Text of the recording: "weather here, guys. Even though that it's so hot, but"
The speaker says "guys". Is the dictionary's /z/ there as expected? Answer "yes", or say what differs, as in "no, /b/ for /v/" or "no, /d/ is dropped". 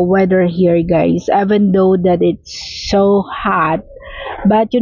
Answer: no, /s/ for /z/